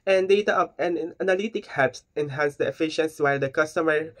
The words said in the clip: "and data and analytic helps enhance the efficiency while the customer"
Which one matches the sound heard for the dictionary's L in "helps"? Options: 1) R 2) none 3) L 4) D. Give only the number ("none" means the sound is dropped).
2